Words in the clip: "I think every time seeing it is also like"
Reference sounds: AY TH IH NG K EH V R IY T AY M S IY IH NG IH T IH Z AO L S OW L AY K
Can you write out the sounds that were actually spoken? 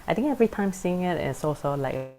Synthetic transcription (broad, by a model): AY T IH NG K EH V R IY T AY M S IY IH NG IH T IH S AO S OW L AY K